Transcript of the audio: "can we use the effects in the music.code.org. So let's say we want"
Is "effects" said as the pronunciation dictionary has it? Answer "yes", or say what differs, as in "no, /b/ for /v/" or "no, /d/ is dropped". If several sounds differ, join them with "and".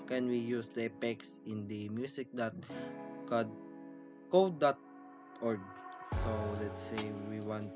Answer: no, /p/ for /f/